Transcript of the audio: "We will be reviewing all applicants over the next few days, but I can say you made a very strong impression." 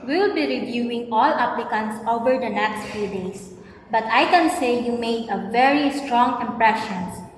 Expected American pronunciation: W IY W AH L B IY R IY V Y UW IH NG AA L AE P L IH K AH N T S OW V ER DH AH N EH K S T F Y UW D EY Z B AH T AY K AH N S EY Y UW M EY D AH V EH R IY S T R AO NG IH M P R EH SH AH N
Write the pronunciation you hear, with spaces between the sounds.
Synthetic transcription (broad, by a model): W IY L B IY R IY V Y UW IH NG AA L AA P L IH K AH N T S OW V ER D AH N EH K S T F Y UW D EY S B AH T AY K AH N S EY Y UW M EY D AH V EH R IY S T R AO NG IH M P R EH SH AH N